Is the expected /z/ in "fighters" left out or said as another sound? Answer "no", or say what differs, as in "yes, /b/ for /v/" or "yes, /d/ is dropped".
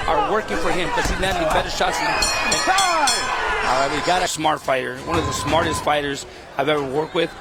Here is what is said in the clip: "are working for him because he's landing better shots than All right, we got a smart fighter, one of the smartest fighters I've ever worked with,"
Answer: no